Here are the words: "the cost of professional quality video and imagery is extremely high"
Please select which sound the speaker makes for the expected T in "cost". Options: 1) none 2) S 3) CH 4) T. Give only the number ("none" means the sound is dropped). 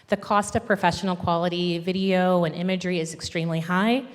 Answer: 4